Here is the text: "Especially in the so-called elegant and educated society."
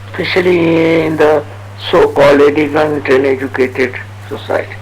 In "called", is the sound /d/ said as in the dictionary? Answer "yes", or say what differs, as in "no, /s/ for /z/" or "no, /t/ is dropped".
no, /d/ is dropped